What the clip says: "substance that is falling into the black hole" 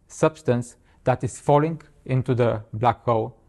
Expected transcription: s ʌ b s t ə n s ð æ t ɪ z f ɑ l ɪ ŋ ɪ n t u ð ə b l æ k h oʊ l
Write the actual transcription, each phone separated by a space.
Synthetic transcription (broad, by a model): s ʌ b s t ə n s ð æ t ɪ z f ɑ l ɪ ŋ ɪ n t u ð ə b l æ k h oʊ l